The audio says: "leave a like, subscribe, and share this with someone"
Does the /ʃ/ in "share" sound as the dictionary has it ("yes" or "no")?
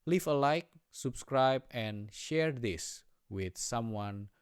yes